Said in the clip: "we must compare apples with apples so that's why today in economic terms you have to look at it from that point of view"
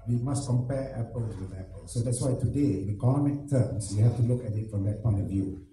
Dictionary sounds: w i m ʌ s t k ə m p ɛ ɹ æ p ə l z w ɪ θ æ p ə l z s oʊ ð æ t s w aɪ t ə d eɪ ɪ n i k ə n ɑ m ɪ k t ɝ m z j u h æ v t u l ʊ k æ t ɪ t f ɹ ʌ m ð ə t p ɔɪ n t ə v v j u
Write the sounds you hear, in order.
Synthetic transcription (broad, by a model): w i m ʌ s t k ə m p ɛ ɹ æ p ə l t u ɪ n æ p ə l s oʊ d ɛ t s w aɪ t ə d eɪ ɪ n i k ə n ɑ m ɪ k t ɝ m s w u h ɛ f t u l ʊ k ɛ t ɪ t f ɹ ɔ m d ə t p ɔɪ n t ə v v j u